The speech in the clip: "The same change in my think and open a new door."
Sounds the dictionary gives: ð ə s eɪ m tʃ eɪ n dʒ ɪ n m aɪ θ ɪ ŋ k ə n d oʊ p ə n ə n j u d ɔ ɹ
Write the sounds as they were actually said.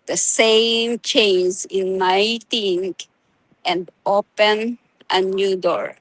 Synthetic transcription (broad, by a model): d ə s eɪ m tʃ eɪ n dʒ ɪ n aɪ t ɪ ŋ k ə n d oʊ p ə n ə n j u d ɔ ɹ